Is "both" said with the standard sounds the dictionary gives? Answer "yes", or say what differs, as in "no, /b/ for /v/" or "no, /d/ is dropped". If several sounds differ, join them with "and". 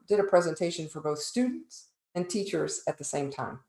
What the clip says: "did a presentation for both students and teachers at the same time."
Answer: yes